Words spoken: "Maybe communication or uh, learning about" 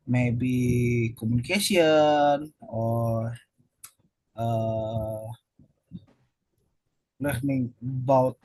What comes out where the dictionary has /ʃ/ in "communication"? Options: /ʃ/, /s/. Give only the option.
/s/